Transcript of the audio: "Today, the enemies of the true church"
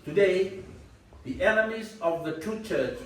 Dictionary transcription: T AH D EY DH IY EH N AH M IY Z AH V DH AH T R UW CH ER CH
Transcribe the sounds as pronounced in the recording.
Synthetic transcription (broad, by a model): T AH D EY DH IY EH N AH M IY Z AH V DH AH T UW CH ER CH